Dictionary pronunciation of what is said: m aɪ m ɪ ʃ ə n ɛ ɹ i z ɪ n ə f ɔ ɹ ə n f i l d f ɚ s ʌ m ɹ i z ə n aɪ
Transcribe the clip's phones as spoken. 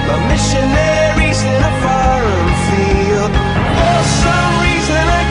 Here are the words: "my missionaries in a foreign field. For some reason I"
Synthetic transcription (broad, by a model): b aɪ m ɪ ʃ ə n ɛ ɹ i z ɪ n ə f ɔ ɹ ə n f i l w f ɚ s ʌ m ɹ i z ə n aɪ